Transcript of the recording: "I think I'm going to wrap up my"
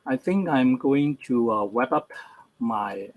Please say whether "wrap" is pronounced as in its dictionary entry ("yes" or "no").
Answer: no